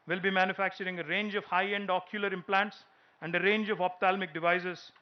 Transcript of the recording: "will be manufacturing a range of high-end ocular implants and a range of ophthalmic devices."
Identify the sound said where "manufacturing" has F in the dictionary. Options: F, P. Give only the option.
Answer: F